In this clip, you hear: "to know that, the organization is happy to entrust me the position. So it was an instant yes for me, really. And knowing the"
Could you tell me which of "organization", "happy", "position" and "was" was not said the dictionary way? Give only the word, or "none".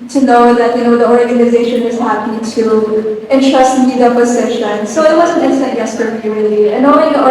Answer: position